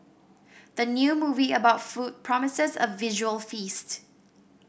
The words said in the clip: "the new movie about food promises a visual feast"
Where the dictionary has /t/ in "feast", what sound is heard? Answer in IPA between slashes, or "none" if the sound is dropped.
/t/